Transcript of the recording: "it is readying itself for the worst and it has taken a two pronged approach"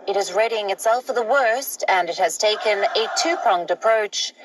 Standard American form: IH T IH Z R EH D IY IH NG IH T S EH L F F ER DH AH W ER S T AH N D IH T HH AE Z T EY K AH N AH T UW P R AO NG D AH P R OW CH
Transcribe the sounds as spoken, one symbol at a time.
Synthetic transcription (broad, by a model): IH T IH Z R EH D IY IH NG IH T S EH L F F ER DH AH W ER S T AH N IH T HH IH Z T EY K AH N AH T UW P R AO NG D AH P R OW CH